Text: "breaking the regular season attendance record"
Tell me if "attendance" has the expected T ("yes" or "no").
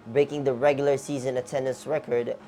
yes